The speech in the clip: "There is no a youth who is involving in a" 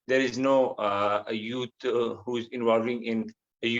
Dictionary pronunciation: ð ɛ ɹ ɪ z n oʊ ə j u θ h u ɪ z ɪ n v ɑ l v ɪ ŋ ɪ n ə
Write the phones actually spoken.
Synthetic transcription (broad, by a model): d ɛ ɹ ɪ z n oʊ ə j u t h u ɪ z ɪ n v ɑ l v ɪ ŋ ɪ n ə